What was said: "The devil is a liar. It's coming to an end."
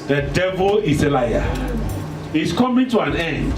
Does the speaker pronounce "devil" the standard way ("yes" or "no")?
yes